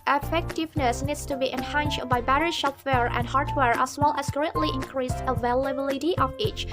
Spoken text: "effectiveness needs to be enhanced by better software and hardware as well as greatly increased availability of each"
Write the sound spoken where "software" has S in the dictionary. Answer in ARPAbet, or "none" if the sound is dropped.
SH